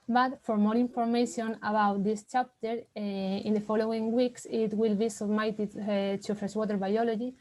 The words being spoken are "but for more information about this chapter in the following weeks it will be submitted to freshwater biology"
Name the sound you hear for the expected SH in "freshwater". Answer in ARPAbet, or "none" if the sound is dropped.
S